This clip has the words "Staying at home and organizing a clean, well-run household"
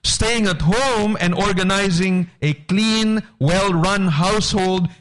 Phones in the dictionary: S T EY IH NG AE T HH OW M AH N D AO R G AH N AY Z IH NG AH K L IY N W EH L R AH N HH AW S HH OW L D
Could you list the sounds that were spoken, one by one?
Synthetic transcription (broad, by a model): S T EY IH NG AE T HH OW M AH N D AO R G AH N AY Z IH NG AH K L IY N W EH L R AH N HH AW S HH OW L D